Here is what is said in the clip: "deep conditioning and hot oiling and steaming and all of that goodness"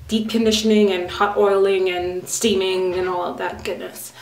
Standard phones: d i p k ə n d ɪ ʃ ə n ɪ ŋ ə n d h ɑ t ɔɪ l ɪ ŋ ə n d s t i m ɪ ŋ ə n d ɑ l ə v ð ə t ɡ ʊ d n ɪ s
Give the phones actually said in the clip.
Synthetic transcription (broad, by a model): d i p k ə n d ɪ ʃ ə n ɪ ŋ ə n h ɑ t ɔɪ l ɪ ŋ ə n s t i m ɪ ŋ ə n ɑ l ə v ð ə t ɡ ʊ d n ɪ s